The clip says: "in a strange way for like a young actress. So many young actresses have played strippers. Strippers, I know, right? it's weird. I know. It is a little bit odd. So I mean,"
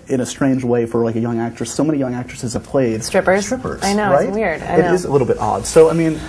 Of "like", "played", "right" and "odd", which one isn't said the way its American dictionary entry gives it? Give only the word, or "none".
right